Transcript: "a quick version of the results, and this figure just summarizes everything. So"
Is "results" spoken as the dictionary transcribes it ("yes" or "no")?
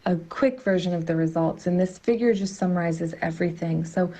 yes